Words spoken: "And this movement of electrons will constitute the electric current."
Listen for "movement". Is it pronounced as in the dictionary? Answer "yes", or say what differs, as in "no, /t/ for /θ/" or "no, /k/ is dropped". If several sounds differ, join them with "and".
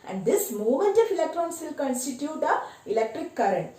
no, /v/ is dropped